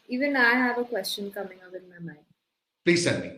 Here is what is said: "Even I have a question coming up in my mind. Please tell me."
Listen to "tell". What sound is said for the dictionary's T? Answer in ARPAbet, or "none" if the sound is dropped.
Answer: S